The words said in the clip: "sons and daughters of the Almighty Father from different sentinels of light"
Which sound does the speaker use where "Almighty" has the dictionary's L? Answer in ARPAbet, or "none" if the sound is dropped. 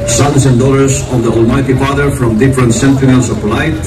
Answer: L